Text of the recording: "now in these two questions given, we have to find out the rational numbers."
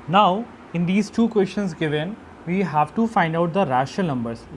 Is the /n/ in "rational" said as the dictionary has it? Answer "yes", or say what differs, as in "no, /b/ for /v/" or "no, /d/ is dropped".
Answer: no, /n/ is dropped